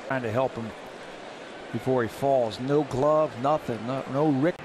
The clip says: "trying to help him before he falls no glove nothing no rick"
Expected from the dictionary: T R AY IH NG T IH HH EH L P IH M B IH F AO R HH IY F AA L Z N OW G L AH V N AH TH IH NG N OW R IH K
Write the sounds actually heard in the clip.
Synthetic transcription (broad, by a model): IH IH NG T IH HH EH L P IH M B IH F AO R IY F AA L Z N OW G L AH V N AH TH IH NG N OW R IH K